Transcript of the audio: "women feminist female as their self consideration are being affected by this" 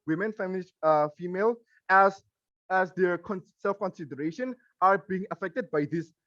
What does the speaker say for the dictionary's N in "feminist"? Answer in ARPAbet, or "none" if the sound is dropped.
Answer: L